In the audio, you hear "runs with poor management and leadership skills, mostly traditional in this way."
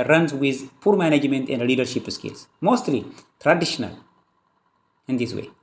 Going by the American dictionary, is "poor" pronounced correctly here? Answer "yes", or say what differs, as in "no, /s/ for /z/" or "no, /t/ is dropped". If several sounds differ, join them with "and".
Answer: yes